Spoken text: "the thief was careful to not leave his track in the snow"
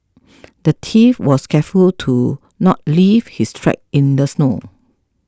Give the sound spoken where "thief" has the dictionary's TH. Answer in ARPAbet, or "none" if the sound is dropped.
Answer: T